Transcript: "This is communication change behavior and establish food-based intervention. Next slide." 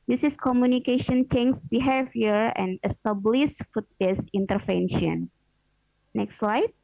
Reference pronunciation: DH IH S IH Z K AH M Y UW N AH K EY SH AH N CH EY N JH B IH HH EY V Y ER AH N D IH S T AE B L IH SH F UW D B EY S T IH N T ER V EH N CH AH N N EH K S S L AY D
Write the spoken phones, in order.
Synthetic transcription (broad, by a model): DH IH S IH S K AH M Y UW N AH K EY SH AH N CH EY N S B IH HH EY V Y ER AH N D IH S T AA B L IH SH F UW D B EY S IH N T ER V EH N SH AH N N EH K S S L AY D